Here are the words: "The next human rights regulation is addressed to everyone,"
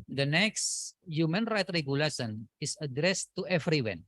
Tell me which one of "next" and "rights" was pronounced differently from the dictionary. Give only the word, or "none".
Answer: rights